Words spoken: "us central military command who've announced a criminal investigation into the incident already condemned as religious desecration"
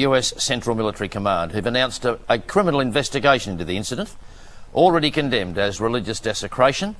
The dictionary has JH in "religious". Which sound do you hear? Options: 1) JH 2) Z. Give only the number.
1